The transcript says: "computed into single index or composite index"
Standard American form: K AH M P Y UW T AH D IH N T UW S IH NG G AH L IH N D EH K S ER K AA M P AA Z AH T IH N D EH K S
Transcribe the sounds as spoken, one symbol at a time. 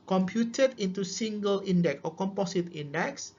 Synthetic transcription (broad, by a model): K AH M P Y UW T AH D IH N T UW S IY NG G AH L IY N D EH K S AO K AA M P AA S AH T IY N D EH K S